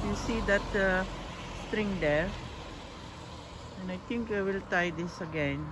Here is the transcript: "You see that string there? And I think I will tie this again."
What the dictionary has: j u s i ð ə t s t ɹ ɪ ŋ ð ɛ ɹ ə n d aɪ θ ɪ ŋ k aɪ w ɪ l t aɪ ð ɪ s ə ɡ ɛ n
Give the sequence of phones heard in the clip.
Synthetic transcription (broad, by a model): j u s i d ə t s t ɹ ɪ ŋ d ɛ ɹ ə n aɪ t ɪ ŋ k aɪ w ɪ l t aɪ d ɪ s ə ɡ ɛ n